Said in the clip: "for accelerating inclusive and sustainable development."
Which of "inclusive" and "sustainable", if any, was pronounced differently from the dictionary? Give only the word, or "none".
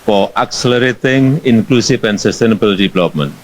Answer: inclusive